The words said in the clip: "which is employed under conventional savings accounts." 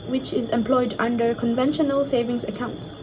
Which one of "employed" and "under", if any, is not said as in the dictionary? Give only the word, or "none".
none